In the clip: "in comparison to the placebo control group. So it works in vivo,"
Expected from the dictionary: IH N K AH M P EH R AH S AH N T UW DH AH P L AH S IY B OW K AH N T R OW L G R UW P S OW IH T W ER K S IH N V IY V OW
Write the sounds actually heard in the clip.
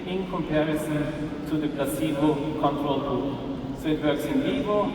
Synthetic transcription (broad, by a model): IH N K AH M P EH R AH S AH N T UW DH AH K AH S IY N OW K AH N T R OW L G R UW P S OW IH T W ER K S IH N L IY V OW